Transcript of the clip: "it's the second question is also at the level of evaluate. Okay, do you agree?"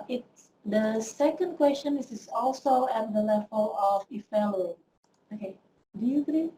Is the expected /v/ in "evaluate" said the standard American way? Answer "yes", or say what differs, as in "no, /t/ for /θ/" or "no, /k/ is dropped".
no, /f/ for /v/